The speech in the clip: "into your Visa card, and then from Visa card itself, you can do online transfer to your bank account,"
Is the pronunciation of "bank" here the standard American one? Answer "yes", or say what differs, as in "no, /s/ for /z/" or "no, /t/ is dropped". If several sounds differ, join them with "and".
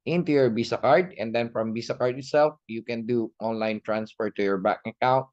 no, /ŋ/ is dropped